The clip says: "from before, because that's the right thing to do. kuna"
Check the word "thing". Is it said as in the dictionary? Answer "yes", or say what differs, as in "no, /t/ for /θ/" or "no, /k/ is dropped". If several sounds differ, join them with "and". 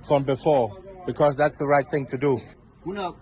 yes